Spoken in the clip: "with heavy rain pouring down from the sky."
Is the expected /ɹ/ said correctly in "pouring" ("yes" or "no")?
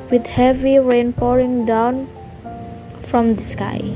yes